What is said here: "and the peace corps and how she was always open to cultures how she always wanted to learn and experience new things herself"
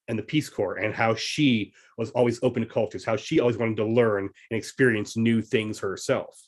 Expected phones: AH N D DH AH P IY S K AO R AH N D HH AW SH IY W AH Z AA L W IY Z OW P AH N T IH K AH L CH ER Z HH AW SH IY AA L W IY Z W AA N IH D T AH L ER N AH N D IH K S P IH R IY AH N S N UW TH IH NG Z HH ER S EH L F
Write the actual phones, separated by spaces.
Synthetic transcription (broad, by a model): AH N DH AH P IY S K AO R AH N HH AW SH IY W AH Z AA L W IY Z OW P AH N T IH K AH L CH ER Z HH AW SH IY AA L W IY Z W AA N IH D T AH L ER N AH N IH K S P IH R IY AH N S N UW TH IH NG Z HH ER S EH L F